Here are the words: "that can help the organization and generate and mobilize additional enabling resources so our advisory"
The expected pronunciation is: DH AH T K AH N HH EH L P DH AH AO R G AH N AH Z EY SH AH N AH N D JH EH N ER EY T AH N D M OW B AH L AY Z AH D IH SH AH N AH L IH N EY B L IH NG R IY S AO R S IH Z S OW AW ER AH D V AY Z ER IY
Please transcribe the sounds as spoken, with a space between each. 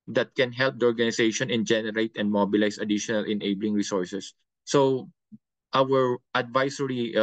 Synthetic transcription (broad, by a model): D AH T K AH N HH EH L P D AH AO R G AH N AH S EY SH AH N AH N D JH EH N ER EY T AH N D M OW B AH L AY S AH D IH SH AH N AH L IH N EY B L IH NG R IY S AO R S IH S OW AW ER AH D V AY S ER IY